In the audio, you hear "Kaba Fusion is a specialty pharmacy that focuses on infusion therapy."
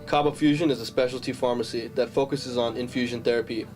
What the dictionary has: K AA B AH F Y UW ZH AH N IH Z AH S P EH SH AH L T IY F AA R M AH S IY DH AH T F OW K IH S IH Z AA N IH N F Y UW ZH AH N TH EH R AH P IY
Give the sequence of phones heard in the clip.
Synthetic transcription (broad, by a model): K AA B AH F Y UW ZH AH N IH Z AH S P EH SH L T IY F AA R M AH S IY DH AH T F OW K IH S IH Z N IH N F Y UW ZH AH N TH EH R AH P IY